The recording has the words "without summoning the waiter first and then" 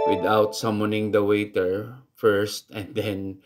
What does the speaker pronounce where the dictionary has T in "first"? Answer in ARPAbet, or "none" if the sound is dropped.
T